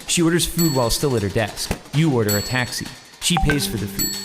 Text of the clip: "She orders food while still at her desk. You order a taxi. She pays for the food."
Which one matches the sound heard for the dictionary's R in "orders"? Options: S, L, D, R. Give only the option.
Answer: R